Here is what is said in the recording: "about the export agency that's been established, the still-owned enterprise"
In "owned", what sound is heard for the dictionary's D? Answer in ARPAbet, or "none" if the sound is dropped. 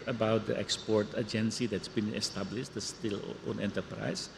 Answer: none